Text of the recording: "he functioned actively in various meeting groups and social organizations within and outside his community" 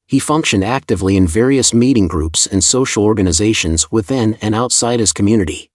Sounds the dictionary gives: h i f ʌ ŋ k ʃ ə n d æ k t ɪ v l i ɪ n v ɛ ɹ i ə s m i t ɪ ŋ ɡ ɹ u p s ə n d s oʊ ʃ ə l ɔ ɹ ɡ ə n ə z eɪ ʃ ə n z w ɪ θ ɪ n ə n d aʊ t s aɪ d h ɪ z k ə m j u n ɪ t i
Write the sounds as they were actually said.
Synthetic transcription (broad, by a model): h i f ʌ ŋ k ʃ ə n d æ k t ɪ v l i ɪ n v ɛ ɹ i ə s m i t ɪ ŋ ɡ ɹ u p s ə n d s oʊ ʃ l ɔ ɹ ɡ ə n ə z eɪ ʃ ə n z w ɪ θ ɪ n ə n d aʊ t s aɪ d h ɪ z k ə m j u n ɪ t i